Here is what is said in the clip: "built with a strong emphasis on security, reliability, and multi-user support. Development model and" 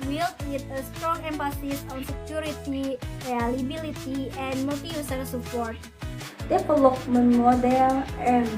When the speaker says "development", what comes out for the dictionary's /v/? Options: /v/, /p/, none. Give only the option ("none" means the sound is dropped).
/p/